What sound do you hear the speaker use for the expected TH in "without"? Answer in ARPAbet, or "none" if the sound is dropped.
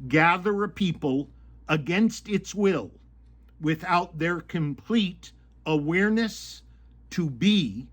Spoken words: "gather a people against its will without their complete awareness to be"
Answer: TH